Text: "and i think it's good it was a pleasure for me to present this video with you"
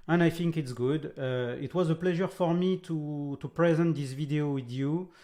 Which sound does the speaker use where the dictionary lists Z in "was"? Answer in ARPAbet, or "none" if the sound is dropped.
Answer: Z